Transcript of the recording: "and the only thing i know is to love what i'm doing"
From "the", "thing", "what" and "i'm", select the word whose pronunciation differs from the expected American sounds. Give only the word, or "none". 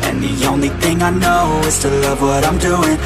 none